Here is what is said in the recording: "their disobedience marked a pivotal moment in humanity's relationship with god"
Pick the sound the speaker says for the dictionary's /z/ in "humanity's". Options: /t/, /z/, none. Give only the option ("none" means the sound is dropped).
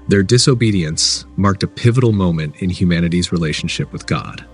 /z/